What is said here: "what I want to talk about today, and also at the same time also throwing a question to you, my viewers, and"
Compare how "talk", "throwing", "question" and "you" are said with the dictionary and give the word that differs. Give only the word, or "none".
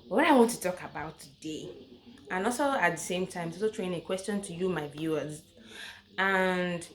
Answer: throwing